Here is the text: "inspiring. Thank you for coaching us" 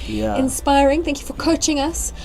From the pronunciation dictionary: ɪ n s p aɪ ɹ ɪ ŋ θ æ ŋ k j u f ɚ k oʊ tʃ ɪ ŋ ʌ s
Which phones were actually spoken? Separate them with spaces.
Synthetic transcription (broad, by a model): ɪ n s p aɪ ɹ ɪ ŋ θ æ ŋ k j u f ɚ k oʊ tʃ ɪ ŋ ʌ s